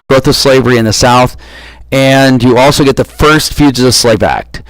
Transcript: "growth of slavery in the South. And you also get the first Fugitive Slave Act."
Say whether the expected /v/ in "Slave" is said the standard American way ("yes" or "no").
yes